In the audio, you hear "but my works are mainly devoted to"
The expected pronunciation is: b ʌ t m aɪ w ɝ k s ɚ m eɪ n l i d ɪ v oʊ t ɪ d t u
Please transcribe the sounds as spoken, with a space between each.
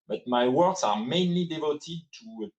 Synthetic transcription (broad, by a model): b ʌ t m aɪ w ɝ k s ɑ m eɪ n l i d ɪ v oʊ t ɪ d t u